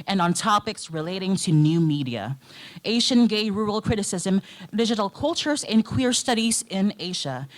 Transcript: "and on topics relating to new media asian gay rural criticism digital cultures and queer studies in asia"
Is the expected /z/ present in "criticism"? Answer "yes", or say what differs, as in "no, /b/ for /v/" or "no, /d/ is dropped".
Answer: yes